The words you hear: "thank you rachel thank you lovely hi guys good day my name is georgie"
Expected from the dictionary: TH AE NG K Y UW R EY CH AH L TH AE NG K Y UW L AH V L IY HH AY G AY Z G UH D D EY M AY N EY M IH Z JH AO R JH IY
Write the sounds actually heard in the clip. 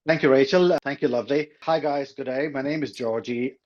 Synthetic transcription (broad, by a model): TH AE NG K Y UW R EY CH AH L T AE NG K Y UW L AH V L IY HH AY G AY Z G UH D D EY M AY N EY M IH Z JH AO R JH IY